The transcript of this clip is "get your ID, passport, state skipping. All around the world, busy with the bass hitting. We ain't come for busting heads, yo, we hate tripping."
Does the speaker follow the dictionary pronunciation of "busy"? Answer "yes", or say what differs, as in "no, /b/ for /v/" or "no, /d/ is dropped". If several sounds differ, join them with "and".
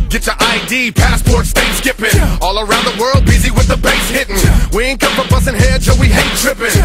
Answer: yes